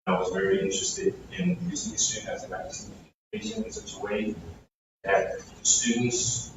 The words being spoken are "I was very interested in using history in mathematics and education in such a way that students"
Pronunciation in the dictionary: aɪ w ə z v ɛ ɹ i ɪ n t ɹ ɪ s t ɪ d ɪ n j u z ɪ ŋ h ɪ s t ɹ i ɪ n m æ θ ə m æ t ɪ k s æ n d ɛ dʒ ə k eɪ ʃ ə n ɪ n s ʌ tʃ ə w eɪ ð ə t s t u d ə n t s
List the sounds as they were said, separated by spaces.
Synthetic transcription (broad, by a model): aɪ w ə z v ɛ ɹ i ɪ n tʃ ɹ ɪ s t ɪ d ɪ n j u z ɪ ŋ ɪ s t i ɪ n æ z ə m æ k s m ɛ ə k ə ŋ ɪ n s ʌ tʃ ə w eɪ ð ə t s t u d n t s